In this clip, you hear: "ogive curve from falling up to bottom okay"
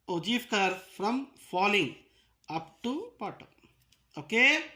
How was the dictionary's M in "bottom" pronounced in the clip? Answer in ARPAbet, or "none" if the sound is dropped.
none